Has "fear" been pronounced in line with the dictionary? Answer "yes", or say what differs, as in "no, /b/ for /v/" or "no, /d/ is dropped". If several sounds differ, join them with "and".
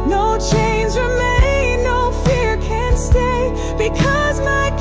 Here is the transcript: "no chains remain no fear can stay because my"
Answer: yes